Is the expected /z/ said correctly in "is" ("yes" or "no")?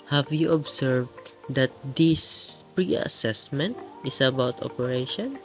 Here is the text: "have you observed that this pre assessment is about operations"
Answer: no